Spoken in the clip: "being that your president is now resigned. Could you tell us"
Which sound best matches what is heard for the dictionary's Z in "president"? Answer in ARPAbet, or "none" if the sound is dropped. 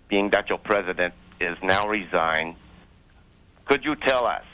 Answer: Z